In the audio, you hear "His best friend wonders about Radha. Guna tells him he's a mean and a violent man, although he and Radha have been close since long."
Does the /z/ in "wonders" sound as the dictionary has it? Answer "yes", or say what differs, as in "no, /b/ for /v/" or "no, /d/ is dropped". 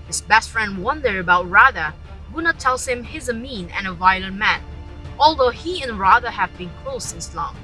no, /z/ is dropped